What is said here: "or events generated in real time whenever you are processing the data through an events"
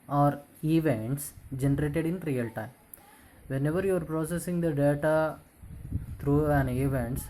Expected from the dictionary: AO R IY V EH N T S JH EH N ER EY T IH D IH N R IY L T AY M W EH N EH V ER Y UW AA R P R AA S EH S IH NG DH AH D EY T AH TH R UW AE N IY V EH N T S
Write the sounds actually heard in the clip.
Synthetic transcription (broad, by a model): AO R IY V EH N T S JH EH N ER EY T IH D IH N R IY L T AY M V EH N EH V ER Y UW AA R P R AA S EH S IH NG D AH D EY T AH T R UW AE N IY V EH N T S